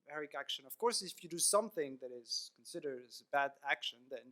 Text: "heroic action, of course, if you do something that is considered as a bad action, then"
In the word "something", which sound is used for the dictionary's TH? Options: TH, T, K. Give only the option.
TH